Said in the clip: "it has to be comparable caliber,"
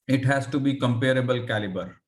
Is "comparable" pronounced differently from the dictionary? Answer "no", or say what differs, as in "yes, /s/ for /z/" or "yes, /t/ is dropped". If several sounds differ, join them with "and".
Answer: no